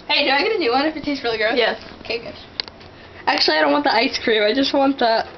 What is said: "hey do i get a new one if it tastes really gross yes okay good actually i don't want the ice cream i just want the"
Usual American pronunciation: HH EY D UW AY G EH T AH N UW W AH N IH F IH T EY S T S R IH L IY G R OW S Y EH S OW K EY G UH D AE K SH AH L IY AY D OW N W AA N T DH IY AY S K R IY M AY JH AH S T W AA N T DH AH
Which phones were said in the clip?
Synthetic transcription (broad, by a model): HH EY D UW AY G EH T AH N UW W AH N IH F IH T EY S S R IH L IY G R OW Y EH S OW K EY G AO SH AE K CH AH L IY AY D OW N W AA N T DH IY AY S K R IY M AY JH AH S T W AA N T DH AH